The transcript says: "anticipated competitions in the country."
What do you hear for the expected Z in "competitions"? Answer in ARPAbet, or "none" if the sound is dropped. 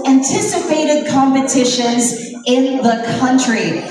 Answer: Z